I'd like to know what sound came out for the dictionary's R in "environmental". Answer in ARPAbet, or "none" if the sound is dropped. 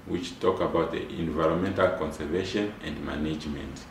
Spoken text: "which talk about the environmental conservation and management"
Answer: R